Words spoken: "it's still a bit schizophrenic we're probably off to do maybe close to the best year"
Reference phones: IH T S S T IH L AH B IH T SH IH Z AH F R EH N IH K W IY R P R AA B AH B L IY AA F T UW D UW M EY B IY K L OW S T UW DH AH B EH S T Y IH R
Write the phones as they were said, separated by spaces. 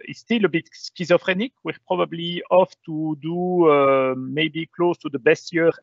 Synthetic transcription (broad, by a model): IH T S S T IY L AH B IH T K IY Z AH F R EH N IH K W IY R P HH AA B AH B L IY AA F T UW D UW M EY B IY K L OW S T UW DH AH B EH S T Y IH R